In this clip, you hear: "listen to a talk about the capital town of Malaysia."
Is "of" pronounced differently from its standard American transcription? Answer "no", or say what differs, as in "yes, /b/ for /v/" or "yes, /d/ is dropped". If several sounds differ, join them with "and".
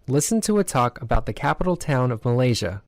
no